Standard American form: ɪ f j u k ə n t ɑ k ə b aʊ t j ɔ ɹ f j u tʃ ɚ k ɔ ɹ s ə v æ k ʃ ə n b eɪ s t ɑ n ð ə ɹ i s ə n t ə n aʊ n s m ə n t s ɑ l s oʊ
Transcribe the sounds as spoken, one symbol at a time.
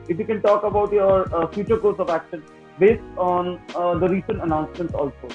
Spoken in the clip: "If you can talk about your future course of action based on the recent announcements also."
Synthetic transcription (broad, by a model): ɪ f j u k ə n t ɑ k ə b aʊ t j ɔ ɹ f j u tʃ ɚ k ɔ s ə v æ k ʃ ə n b eɪ s t ɑ n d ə ɹ i s ə n t ə n aʊ n s m ə n t s ɑ l s oʊ